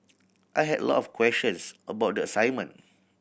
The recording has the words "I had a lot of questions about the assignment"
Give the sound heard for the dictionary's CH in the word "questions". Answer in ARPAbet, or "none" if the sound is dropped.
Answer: SH